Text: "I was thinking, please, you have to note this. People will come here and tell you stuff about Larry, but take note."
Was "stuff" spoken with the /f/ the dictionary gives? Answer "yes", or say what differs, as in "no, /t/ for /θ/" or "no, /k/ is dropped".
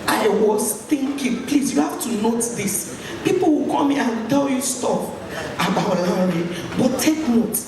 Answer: no, /p/ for /f/